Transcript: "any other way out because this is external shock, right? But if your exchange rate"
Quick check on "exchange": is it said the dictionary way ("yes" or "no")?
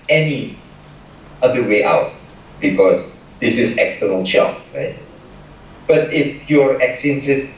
no